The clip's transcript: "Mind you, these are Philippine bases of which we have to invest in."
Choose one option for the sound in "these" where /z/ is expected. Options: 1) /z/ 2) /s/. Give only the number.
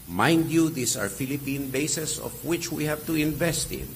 2